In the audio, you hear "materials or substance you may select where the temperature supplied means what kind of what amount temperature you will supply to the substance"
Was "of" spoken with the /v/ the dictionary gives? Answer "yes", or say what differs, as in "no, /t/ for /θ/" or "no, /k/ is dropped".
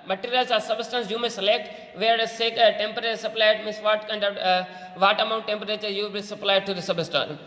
yes